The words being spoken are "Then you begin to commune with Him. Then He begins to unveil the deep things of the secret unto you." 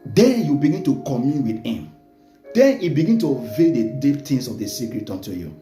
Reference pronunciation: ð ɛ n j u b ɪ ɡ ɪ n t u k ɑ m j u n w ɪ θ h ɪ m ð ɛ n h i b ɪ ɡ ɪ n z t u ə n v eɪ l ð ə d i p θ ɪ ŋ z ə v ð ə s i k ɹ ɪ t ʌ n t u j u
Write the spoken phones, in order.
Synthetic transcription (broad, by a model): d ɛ n j u b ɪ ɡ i n t u k ɑ m j u n w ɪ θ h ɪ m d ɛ n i b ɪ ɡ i n t u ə v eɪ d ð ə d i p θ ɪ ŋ s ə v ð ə s i k ɹ ɪ t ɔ n t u j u